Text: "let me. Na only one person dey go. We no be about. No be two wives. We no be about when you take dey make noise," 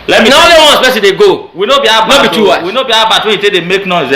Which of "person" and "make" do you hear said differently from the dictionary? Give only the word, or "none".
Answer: person